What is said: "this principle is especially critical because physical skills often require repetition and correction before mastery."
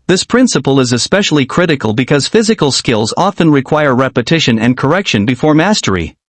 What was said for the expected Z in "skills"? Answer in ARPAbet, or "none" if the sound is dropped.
Z